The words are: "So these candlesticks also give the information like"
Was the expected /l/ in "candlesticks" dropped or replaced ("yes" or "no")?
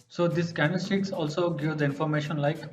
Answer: yes